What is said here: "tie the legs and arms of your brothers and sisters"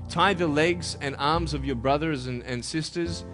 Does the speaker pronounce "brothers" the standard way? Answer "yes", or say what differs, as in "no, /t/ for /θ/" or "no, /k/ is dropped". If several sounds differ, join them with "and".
yes